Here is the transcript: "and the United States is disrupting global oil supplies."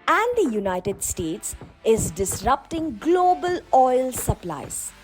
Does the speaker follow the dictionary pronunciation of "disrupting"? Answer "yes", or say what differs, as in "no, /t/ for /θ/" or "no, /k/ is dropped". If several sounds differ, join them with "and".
yes